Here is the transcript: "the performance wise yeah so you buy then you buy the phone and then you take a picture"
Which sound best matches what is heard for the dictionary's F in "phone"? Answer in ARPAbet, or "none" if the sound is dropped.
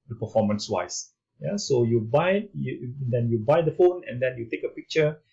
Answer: F